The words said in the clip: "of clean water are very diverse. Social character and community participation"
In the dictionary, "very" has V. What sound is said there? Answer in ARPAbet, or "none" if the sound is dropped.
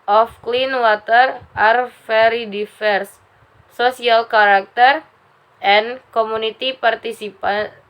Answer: F